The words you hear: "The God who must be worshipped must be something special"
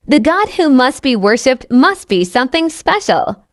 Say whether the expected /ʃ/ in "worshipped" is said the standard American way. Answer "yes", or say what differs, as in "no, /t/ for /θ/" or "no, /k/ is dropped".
yes